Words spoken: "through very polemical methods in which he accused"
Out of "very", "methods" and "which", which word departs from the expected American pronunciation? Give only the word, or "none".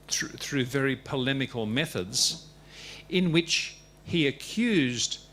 none